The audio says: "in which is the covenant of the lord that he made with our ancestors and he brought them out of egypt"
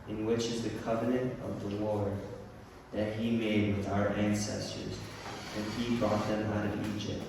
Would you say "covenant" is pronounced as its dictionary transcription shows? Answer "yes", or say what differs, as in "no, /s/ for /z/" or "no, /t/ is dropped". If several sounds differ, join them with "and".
yes